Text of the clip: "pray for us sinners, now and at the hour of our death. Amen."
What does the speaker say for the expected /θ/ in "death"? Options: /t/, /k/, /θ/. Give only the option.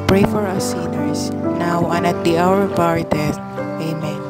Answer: /t/